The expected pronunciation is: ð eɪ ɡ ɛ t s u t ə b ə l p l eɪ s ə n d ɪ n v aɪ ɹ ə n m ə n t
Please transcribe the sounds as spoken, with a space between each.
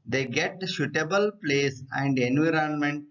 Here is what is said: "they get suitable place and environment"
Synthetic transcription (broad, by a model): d eɪ ɡ ɛ t ʃ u t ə b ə l p l eɪ s ə n d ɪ n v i ɹ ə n m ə n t